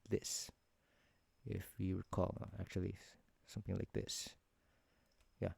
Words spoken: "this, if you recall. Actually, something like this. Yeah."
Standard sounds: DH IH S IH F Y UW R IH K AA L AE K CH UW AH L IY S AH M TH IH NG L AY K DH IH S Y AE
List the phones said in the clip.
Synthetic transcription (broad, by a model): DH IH S IH F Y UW W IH K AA L AE K CH UW AH L IY S AH M TH IH NG L AY K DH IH S Y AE